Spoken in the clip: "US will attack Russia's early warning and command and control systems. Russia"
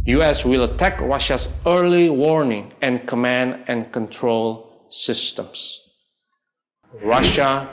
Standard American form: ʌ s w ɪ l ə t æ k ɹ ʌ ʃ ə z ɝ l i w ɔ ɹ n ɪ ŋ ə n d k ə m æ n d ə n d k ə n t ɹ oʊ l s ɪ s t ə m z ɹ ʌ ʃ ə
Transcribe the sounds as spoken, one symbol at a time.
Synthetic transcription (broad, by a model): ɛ s w ɪ l ə t æ k ɹ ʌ ʃ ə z ɝ l i w ɔ ɹ n ɪ ŋ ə n k ə m æ n d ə n k ə n t ɹ oʊ l s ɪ s t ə m s ɹ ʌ ʃ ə